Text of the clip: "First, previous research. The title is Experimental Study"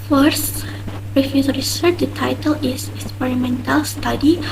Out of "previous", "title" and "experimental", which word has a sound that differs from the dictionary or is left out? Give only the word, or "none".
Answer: previous